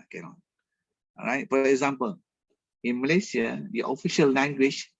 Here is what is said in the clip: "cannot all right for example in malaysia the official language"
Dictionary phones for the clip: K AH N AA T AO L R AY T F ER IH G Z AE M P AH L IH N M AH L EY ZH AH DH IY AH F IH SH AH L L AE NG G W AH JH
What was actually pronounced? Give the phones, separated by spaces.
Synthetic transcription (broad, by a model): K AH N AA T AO R AY T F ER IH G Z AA M P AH L IH N M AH L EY S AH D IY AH F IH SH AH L L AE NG G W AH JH